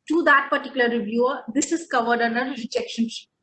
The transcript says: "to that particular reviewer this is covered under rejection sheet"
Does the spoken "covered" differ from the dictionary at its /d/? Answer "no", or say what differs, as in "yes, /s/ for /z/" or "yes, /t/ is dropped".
no